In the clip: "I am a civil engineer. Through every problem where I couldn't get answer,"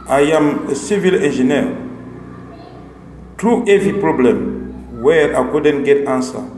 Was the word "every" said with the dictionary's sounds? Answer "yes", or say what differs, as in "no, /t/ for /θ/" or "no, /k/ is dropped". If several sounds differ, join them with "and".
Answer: no, /ɹ/ is dropped